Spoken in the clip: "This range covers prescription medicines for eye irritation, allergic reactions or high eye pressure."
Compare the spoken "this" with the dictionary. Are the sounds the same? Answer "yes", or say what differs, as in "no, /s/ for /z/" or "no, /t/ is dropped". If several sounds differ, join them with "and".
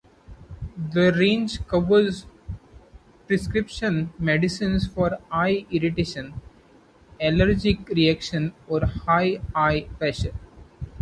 no, /s/ is dropped